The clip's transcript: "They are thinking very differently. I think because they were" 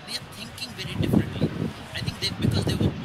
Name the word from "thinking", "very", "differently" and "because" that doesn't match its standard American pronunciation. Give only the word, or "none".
thinking